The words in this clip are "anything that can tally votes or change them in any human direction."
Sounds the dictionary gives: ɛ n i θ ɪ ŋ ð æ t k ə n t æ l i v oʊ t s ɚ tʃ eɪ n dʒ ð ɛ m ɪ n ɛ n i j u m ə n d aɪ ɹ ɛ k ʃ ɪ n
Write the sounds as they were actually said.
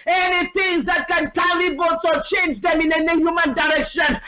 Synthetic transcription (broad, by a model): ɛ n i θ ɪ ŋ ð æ t k ə n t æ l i b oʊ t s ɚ tʃ eɪ n dʒ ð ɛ m ɪ n ɛ n i j u m ə n d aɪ ɹ ɛ k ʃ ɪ n